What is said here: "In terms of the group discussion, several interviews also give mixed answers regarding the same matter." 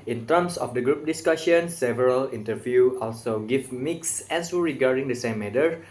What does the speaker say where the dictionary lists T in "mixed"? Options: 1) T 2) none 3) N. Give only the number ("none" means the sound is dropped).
2